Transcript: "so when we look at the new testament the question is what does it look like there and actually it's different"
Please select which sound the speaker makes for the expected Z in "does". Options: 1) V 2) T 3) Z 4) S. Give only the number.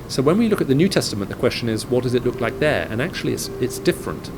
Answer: 3